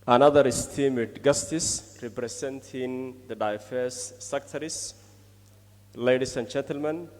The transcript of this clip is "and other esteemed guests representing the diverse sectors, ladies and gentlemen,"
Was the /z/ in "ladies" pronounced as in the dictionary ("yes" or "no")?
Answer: no